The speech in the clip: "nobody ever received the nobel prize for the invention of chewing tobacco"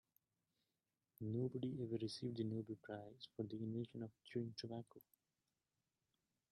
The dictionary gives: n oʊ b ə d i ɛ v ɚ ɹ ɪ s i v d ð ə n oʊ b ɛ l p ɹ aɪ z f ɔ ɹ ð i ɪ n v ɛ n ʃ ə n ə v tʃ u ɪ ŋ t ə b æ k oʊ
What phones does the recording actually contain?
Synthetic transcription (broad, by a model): n oʊ b ə d i ɛ v ɚ ɹ ɪ s i v d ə n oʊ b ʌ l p ɹ aɪ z f ɔ ɹ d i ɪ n ɛ ʃ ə n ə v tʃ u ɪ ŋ t ə b æ k oʊ